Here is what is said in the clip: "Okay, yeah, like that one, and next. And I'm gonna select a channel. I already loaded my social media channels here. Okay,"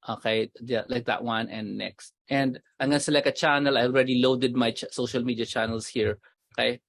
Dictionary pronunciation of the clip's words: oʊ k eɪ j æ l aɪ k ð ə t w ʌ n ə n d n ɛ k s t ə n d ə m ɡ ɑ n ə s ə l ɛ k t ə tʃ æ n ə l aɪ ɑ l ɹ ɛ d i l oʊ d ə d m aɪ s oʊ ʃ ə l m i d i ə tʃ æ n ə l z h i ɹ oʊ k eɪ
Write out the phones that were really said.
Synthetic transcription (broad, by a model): oʊ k eɪ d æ l aɪ k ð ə t w ʌ n ə n d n ɛ k s t ə n d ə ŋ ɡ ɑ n s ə l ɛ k ə tʃ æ n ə l aɪ ɑ l ɹ ɛ d i l oʊ d ə d m aɪ s oʊ ʃ ə l m i d i ə tʃ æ n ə l s h i ɹ oʊ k eɪ